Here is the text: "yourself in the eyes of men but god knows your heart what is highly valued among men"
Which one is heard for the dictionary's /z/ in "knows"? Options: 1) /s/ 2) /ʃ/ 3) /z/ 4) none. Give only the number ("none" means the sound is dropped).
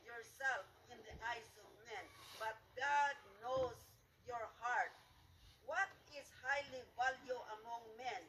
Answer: 1